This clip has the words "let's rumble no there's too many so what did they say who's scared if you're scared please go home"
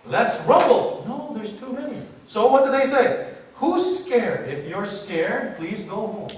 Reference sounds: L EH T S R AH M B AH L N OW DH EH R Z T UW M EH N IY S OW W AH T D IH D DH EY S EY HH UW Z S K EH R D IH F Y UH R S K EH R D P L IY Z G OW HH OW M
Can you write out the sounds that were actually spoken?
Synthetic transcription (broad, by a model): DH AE T S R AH B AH L N OW DH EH R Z T UW M EH N IY S OW W AH T D IH D DH EY S EY HH UW S K EH R D IH F Y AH R S K EH R D P L IY Z G OW HH OW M